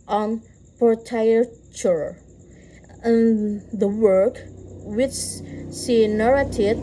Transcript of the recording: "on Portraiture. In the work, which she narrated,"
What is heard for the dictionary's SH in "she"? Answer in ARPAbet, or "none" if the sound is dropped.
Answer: S